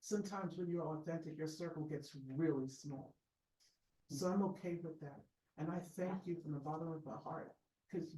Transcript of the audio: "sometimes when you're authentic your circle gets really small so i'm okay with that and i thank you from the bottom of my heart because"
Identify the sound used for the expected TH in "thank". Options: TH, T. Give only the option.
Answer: TH